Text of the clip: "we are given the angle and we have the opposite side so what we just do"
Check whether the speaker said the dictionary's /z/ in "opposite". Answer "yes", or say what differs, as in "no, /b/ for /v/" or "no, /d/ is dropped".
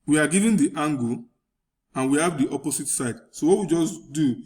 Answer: no, /s/ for /z/